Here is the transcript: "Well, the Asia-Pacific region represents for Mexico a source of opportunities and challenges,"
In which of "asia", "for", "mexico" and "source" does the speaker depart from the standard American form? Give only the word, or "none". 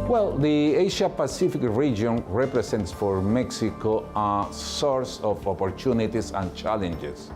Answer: asia